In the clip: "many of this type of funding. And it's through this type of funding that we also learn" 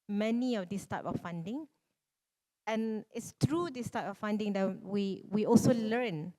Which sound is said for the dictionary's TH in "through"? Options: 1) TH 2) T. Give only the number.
2